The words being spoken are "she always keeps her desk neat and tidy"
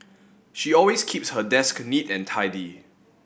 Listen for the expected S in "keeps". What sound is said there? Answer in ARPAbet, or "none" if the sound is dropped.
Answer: S